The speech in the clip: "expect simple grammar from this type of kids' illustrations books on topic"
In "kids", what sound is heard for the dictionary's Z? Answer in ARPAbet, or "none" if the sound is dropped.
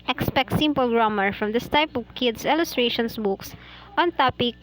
S